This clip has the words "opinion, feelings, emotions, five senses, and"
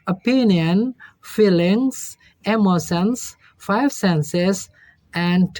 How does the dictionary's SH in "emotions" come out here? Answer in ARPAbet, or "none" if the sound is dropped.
S